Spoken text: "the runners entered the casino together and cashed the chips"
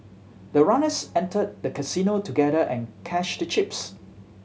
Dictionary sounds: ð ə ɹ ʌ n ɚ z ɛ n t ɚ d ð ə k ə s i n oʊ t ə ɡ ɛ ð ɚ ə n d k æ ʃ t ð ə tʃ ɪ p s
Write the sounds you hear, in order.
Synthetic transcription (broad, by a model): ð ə ɹ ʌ n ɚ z ɛ n t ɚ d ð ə k ə s i n oʊ t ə ɡ ɛ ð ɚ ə n k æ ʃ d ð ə tʃ ɪ p s